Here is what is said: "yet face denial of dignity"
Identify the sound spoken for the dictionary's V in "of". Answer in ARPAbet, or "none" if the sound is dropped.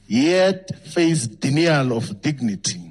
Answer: F